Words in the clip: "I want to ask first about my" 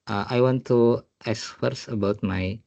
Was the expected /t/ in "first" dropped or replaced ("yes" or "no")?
yes